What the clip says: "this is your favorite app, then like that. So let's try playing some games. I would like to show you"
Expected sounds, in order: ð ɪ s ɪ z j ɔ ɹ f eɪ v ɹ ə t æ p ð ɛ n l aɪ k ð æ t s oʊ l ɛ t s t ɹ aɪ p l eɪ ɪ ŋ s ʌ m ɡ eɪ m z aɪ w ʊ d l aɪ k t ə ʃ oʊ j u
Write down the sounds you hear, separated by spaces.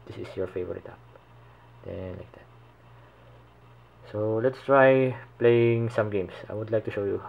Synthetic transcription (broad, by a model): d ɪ s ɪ s j ɔ ɹ f eɪ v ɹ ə t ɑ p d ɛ n l aɪ k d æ t s oʊ l ɛ t s t ɹ aɪ p l eɪ ɪ ŋ s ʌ m ɡ eɪ m s aɪ w ʊ d l aɪ k t ə ʃ oʊ j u